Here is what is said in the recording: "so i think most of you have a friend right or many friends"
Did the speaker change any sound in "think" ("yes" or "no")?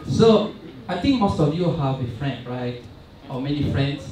yes